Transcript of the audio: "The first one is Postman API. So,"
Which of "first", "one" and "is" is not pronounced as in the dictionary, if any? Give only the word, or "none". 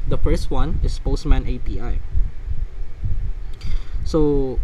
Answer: is